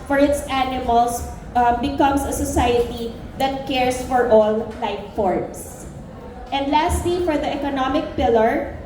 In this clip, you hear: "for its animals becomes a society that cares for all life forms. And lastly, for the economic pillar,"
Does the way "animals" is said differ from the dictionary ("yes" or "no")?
yes